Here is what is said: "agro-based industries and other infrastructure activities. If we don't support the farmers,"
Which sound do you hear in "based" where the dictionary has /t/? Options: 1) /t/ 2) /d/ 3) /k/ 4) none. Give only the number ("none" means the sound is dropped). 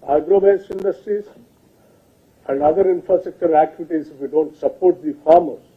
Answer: 4